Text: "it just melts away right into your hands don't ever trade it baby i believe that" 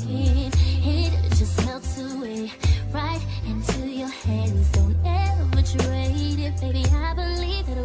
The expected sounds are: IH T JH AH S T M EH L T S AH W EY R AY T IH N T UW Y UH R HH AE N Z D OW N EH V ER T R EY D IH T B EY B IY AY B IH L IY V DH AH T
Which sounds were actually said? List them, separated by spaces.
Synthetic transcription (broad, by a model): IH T JH AH S T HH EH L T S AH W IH R AY T IH N T UW Y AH R HH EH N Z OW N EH W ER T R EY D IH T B EY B IY AY B IH L IY V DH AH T